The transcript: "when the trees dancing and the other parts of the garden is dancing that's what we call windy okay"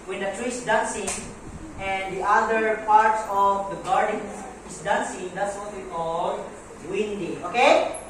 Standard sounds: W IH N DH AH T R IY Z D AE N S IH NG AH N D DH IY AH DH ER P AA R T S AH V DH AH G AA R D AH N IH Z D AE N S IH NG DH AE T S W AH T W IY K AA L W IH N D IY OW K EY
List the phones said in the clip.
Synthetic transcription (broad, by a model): W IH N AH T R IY S D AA N S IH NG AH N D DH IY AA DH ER P AA R T S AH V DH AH G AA R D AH N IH S D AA N S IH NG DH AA T S W AH T W IY K AA L W IH N D IY OW K EY